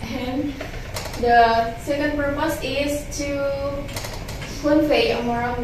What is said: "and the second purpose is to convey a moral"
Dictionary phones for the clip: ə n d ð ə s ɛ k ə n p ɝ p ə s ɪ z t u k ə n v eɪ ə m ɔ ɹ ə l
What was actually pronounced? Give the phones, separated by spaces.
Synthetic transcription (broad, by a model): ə n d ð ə s ɛ k ə n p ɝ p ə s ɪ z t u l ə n f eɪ ə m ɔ ɹ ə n